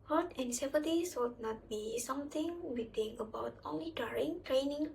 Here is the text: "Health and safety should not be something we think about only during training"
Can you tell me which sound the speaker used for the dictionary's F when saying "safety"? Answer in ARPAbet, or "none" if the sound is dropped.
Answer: P